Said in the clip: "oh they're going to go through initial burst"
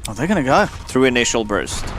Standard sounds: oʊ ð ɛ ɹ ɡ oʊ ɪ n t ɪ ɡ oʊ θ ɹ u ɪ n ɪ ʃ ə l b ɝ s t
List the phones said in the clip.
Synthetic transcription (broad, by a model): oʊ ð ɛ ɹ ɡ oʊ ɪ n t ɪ ɡ oʊ θ ɹ u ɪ n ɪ ʃ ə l b ɝ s t